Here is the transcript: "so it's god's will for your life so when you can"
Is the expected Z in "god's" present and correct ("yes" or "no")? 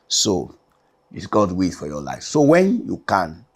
no